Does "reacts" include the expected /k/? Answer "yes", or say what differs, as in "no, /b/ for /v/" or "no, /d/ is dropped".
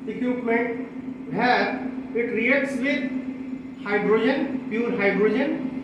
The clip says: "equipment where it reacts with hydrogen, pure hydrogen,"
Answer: no, /k/ is dropped